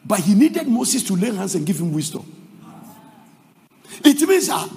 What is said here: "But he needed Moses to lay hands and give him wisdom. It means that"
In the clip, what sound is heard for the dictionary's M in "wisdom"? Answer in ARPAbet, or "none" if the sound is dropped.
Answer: none